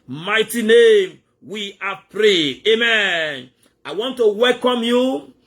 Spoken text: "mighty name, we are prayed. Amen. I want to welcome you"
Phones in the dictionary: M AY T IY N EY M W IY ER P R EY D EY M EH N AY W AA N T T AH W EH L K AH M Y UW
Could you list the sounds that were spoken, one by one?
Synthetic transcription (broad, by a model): M AY T IY N EY M W IY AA P R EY EY M EH N AY W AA N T T AH W EH L K AH M Y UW